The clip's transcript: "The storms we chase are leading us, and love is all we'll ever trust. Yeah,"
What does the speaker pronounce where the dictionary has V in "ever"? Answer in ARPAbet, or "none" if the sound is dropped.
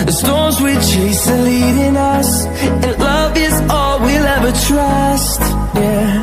V